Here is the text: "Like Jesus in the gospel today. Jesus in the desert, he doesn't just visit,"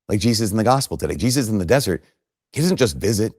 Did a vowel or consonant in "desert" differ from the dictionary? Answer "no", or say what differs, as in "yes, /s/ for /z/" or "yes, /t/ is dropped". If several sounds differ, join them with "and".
no